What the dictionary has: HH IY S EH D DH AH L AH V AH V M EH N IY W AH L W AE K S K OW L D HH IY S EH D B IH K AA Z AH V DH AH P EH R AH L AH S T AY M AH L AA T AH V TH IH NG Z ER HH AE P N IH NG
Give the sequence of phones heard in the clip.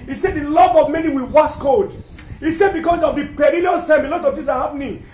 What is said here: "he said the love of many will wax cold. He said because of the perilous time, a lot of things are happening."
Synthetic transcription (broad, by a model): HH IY S EH D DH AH L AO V AH V M EH N IY W AH L W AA S K OW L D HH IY S EH D B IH K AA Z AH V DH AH P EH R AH L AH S T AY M AH L AA T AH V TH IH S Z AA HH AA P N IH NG